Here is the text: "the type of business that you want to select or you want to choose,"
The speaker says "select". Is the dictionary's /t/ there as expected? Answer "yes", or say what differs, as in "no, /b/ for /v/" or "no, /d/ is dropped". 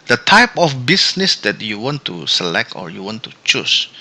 yes